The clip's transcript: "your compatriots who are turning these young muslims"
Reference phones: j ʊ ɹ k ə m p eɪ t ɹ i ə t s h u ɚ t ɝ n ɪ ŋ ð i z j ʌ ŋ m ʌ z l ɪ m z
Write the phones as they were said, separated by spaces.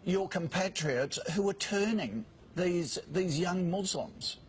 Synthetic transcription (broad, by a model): j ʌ ɹ k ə m p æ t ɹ i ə t s h u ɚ t ɝ n ɪ ŋ ð i z j ʌ ŋ m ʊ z l m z